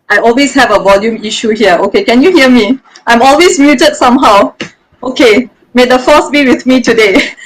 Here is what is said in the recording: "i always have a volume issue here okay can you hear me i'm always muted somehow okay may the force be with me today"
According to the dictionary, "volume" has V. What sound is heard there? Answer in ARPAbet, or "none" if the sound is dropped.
V